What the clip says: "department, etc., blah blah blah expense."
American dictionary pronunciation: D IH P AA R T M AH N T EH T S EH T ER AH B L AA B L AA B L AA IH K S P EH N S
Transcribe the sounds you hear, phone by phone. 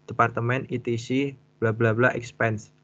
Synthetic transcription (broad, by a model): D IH P AA R T M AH N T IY T IY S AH B L AA B L AA B L AA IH K S P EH N S